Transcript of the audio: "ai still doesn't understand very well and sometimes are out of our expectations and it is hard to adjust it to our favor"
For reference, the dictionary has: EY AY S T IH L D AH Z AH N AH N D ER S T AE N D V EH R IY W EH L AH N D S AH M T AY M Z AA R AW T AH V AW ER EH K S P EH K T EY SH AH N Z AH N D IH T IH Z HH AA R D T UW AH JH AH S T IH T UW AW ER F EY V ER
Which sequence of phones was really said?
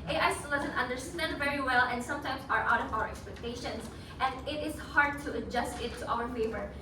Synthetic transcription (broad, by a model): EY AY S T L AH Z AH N AH N D ER S T AE N D V EH R IY W EH L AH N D S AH M T AY M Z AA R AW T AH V AW ER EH K S P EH K T EY SH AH N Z AH N D IH T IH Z HH AA R D T UW AH JH AH S T IH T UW AW ER F EY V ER